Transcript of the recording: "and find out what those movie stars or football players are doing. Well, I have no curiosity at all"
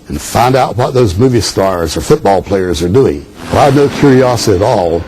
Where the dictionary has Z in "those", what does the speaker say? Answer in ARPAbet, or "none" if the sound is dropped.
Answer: Z